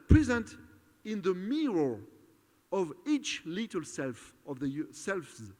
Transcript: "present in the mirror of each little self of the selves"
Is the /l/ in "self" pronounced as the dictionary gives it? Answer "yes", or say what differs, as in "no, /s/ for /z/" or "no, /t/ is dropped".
yes